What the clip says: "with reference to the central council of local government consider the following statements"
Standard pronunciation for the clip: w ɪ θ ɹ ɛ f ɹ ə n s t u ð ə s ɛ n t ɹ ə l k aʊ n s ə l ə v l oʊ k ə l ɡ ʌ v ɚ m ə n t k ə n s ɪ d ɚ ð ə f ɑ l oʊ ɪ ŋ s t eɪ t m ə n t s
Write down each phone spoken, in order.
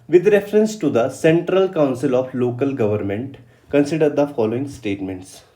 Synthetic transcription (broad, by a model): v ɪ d ɹ ɛ f ɹ ə n s t u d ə s ɛ n t ɹ ə l k aʊ n s ə l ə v l oʊ k ə l ɡ ʌ v ɚ m ə n t k ə n s ɪ d ɚ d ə f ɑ l oʊ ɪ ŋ s t eɪ t m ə n t s